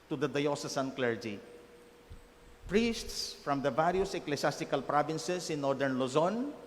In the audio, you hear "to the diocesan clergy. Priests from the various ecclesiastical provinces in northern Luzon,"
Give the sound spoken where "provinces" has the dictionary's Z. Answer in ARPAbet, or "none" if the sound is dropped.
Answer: S